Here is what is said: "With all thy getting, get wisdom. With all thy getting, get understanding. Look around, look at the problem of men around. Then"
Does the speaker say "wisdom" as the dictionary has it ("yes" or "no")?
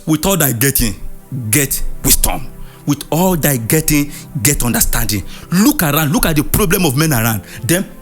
no